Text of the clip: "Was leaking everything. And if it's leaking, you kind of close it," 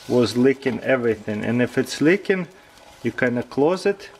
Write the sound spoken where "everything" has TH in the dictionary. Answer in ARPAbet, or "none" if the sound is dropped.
TH